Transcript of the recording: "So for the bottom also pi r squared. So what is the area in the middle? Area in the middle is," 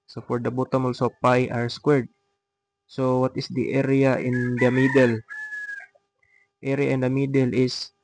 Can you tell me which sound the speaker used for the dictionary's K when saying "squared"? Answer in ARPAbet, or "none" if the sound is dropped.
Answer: K